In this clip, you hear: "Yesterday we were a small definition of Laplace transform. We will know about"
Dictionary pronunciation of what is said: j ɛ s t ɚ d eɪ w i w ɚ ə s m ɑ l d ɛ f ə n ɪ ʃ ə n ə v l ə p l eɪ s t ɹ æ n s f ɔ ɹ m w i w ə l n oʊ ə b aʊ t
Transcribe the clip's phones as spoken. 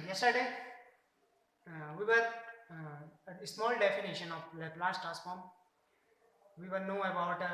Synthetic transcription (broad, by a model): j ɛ s t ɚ d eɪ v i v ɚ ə s m ɑ l d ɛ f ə n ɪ ʃ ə n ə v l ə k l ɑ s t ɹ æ s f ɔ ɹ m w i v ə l n oʊ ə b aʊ t